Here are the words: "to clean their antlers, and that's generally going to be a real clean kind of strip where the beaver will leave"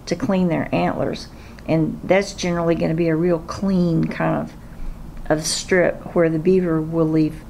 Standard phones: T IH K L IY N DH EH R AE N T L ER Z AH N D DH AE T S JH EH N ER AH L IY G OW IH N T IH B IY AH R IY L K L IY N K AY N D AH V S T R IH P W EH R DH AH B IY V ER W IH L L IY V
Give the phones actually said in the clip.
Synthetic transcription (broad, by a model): T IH K L IY N DH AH R AE N T L ER Z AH N DH AE T S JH EH N ER L IY G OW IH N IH B IY AH R IY L K L IY N K AY N D AH V S T R IH P W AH R DH AH B IY V ER W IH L L IY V